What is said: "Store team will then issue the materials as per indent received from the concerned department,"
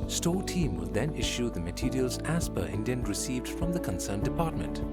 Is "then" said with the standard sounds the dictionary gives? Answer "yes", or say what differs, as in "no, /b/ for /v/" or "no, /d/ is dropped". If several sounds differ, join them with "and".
yes